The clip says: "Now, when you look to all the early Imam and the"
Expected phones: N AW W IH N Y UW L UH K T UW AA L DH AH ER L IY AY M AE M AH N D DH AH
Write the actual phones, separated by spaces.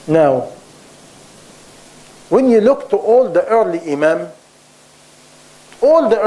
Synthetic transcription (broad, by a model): N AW W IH N Y UW L UH K T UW AA L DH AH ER L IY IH M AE M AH L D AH